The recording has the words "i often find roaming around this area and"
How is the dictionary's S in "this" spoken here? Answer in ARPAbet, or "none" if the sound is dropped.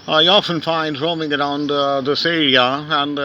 S